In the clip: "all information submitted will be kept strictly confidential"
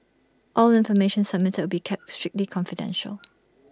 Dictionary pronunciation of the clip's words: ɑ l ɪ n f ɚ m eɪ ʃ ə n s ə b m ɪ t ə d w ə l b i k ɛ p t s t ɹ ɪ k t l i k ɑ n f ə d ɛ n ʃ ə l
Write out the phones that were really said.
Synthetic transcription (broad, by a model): ɑ l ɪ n f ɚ m eɪ ʃ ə n s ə m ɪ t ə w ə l b i k ɛ p t s t ɹ ɪ k t l i k ɑ n f ə d ɛ n ʃ ə l